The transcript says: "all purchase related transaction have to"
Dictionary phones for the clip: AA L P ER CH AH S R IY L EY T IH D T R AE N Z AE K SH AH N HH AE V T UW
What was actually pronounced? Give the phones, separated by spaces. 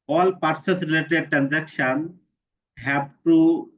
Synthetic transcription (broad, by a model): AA L P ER S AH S R IY L EY T IH D T R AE N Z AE K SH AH N HH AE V T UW